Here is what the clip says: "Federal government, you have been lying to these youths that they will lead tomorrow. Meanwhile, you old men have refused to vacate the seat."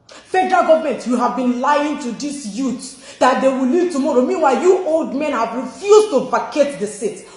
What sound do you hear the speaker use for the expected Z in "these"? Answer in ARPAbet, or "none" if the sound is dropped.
S